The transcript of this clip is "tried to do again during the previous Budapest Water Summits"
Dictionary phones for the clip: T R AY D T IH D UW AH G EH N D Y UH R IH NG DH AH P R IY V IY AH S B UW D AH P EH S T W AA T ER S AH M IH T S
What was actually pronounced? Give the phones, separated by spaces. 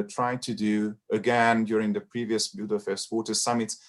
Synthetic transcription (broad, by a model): T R AY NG T IH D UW AH G EH N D Y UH R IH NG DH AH P R IY V IY AH S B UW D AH F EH S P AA T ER S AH M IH T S